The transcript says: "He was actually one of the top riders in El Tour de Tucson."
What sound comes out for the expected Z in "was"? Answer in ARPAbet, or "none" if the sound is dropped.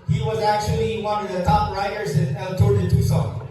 Z